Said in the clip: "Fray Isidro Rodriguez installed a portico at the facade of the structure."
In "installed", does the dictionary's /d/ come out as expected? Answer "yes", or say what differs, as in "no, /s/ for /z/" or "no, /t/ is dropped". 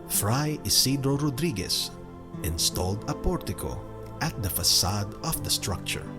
yes